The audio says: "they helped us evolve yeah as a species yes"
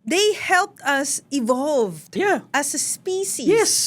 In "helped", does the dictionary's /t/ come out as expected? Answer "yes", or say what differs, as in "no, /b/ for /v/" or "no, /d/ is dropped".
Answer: yes